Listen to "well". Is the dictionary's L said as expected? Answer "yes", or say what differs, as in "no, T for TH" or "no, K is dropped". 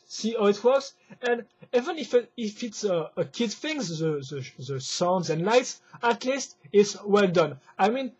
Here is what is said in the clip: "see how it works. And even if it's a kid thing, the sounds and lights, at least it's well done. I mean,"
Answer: yes